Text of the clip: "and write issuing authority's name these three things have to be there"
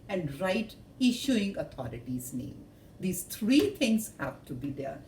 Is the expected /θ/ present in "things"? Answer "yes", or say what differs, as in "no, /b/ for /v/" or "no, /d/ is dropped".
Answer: no, /t/ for /θ/